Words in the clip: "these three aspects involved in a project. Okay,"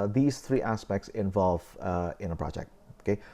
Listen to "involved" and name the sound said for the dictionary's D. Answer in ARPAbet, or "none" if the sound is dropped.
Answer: none